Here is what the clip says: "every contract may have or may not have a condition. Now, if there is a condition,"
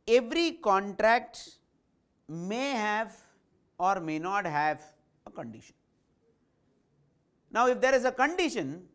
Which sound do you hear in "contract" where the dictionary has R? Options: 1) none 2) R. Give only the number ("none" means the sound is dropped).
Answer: 2